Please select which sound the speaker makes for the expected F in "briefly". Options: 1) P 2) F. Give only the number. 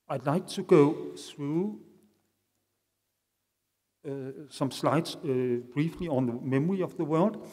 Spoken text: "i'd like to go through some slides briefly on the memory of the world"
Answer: 2